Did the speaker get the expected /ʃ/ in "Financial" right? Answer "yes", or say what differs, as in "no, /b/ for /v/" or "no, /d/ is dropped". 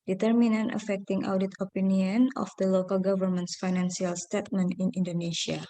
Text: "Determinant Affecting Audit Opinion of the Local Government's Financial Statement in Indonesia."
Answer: no, /s/ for /ʃ/